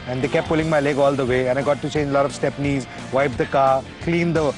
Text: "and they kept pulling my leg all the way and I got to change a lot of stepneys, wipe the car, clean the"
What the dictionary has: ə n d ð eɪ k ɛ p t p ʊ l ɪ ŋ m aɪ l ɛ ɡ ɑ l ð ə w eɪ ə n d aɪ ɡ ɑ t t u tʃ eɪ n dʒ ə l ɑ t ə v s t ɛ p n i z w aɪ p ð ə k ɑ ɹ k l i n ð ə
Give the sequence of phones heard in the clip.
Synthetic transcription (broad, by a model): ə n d eɪ k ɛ p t p ʊ l ɪ ŋ m aɪ l ɛ ɡ ɑ l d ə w eɪ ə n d aɪ ɡ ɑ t t u tʃ eɪ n dʒ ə l ɑ t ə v s t ɛ p n i z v aɪ p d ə k ɑ ɹ k l i n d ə